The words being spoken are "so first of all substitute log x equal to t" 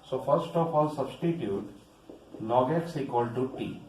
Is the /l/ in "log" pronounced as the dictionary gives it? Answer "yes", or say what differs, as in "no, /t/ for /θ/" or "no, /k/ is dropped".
no, /n/ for /l/